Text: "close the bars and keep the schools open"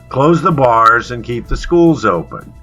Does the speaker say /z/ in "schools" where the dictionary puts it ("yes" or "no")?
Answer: yes